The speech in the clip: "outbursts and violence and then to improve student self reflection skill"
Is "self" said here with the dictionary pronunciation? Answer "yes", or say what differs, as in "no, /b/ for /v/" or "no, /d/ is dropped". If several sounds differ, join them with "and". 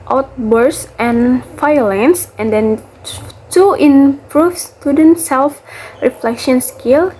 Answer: yes